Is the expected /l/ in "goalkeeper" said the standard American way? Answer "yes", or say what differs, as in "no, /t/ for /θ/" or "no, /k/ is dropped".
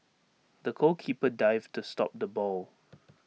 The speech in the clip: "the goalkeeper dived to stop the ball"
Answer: no, /l/ is dropped